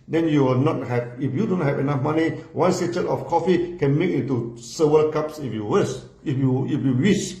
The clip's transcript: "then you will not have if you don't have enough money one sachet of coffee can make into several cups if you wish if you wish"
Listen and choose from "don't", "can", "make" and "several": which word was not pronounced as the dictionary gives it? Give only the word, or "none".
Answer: several